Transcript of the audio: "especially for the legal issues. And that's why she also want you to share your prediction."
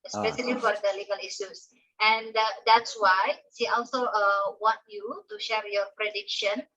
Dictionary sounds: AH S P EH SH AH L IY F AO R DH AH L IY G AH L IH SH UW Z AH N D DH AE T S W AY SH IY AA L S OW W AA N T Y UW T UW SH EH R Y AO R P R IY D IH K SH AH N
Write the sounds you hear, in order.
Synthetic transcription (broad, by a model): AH S P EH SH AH L IY F AO R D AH L IY G AH L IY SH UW S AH N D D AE T S W AY S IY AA L S OW W AA N T Y UW T UW SH EH R Y AO R P R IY D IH K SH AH N